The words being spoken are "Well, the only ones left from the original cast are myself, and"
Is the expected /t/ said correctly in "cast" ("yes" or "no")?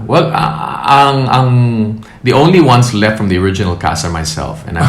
no